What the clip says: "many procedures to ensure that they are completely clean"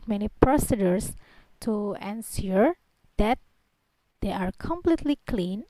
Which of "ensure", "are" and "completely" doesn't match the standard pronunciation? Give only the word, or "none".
ensure